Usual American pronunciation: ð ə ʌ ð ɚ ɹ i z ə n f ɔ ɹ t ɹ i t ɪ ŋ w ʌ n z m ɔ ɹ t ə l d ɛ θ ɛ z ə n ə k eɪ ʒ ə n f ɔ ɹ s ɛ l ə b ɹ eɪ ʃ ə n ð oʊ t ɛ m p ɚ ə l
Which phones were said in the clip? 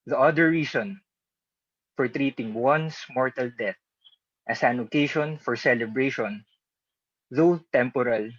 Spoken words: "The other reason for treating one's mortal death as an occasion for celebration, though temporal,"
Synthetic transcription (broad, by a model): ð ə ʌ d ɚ ɹ i s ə n f ɔ ɹ t ɹ i t ɪ ŋ w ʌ n s m ɔ ɹ t ə l d ɛ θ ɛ s ə n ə k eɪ ʃ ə n f ɔ ɹ s ɛ l ə b ɹ eɪ ʃ ə n ð oʊ t ɛ m p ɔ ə l